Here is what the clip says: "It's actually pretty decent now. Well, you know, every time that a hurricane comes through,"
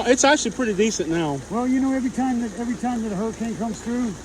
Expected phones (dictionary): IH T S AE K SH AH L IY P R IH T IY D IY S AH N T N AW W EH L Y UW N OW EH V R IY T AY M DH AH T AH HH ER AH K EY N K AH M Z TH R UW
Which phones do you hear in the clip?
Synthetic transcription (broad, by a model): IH T S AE K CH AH L IY P R IH T IY D IY S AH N N AW W EH L Y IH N OW EH V R IY T AY M DH AH T AH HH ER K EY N K AH M Z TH R UW